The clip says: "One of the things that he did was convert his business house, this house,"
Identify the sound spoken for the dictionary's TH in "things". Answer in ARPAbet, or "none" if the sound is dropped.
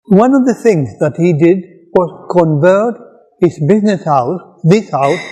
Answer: TH